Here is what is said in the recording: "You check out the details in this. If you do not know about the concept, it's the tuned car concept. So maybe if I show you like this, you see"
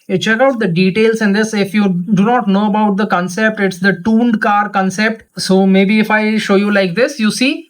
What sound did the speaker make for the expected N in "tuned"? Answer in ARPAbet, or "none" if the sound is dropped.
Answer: N